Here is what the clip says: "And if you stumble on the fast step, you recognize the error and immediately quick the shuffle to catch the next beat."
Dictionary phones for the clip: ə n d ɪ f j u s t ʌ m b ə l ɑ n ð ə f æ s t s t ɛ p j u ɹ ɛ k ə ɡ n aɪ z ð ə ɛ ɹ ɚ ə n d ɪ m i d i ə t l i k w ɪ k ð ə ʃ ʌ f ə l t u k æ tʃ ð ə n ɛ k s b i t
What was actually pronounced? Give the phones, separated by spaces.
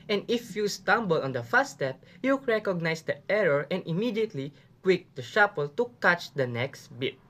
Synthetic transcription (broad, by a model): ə n ɪ f j u s t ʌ m b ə l ɑ n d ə f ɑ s s t ɛ p j u ɹ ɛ k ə ɡ n aɪ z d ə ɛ ɹ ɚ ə n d ɪ m i d i ə t l i k w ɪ k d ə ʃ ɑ p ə l t u k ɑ tʃ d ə n ɛ k s b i t